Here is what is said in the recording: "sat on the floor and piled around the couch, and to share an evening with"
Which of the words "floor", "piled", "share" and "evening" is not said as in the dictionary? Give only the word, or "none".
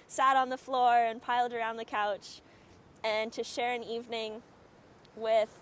none